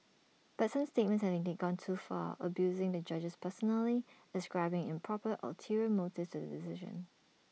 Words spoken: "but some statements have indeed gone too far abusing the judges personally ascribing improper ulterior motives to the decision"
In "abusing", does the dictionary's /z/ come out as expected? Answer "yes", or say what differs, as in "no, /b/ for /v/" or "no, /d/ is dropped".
yes